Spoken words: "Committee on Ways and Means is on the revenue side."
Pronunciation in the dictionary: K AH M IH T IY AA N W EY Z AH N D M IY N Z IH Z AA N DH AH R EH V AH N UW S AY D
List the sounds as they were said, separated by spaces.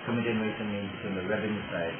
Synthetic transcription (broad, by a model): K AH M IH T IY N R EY S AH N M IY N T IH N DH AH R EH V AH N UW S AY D